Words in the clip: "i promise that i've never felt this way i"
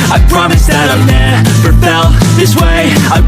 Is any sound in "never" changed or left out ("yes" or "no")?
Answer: yes